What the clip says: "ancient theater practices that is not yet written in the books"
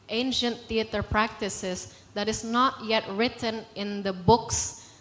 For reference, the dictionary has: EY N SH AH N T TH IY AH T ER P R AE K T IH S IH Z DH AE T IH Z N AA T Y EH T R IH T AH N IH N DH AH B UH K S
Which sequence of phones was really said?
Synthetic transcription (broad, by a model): EY N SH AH N T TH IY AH T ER P R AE K T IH S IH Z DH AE T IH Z N AA T Y EH T R IH T AH N IH N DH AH B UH K S